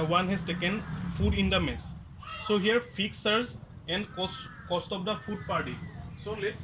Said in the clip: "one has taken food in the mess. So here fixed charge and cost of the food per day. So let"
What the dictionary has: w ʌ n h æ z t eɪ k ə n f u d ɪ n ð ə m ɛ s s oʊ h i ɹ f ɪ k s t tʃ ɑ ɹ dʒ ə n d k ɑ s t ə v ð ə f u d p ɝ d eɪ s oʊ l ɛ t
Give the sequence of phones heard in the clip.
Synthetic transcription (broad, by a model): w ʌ n h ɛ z t eɪ k ə n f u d ɪ n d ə m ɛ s s oʊ h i ɹ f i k s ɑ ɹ z ə n d k ɑ s t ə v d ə f u d p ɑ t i s oʊ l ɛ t